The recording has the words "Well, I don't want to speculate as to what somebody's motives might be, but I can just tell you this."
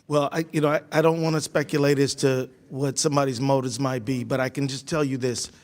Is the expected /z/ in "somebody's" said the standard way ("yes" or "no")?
yes